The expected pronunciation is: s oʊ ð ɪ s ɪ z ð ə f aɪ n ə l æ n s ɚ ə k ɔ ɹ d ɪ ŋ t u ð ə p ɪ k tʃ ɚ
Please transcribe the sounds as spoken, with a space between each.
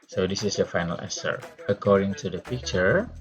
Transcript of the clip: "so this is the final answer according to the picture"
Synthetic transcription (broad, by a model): s oʊ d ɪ s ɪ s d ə f aɪ n ə l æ s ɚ ə k ɔ ɹ d ɪ ŋ t u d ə p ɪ k tʃ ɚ